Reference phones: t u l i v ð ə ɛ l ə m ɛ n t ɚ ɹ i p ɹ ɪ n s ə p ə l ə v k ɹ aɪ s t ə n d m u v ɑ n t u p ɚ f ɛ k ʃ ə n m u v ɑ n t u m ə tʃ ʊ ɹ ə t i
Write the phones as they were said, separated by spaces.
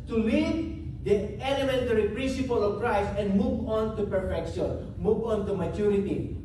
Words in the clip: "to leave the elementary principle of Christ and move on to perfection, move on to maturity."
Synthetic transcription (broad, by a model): t u l i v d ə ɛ l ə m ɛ n t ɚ ɹ i p ɹ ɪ n s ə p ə l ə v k ɹ aɪ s ə n m u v ɑ n t u p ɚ f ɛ k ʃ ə n m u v ɑ n t u m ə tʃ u ɹ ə t i